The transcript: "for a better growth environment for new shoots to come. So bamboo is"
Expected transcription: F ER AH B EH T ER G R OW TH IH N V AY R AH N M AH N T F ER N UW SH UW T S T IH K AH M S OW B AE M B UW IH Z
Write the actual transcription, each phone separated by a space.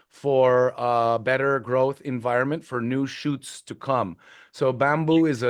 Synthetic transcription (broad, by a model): F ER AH B EH T ER G R OW TH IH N V AY R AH N M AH N T F ER N UW SH UW T S T IH K AH M S OW B AE M B UW IH Z